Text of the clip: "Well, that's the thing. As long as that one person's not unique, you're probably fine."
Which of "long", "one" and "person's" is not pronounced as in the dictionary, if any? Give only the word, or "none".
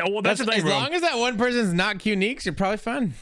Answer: none